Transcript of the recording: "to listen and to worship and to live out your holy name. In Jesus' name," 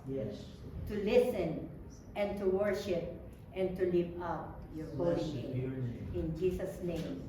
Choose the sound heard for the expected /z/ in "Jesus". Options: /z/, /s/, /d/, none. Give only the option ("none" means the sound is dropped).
/s/